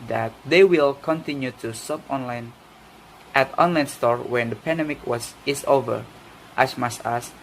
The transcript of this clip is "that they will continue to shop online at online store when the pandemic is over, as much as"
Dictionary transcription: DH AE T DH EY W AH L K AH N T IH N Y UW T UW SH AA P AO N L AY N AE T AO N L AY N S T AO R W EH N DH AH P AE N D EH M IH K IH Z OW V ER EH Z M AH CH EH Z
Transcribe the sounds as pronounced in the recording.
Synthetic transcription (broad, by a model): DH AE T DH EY W AH L K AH N T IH N Y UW T UW S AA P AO N L AY N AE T AO N L AY N S T AO R W EH N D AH P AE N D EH M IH K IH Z OW V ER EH S M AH S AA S